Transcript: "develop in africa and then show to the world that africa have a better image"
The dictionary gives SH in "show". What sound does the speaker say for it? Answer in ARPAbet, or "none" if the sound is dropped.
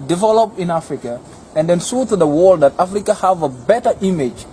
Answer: S